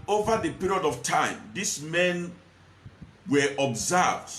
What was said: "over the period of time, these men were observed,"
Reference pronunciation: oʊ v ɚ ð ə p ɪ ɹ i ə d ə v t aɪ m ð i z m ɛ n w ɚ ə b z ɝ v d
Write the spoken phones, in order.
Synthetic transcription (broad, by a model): oʊ v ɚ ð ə p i ɹ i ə d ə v t aɪ m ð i s m ɛ n w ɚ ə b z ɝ v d